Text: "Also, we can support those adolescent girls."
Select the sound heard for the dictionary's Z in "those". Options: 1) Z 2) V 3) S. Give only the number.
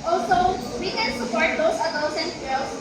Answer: 3